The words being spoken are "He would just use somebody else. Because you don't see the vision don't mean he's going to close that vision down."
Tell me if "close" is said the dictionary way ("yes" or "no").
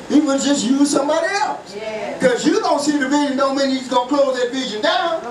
no